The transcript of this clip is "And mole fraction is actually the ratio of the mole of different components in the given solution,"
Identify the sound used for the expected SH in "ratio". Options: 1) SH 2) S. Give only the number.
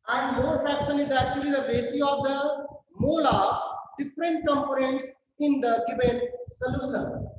2